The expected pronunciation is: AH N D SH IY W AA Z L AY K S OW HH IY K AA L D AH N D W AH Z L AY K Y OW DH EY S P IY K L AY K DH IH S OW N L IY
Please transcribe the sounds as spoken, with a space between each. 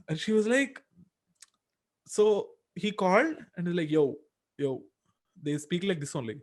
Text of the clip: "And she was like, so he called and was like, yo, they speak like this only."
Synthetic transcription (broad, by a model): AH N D SH IY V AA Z L AY K S OW HH IY K AA L D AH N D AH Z L AY K Y OW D EY S P IY K L AY K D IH S OW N L IY